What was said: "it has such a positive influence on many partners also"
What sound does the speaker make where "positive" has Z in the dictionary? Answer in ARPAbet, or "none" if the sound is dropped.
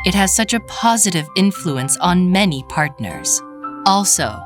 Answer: Z